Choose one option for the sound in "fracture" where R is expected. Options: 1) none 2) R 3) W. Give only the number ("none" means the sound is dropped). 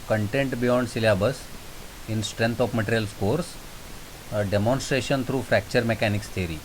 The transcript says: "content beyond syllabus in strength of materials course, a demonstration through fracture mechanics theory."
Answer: 2